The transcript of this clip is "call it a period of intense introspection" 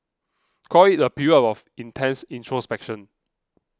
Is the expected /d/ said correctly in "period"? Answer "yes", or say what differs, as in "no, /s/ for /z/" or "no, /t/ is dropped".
no, /d/ is dropped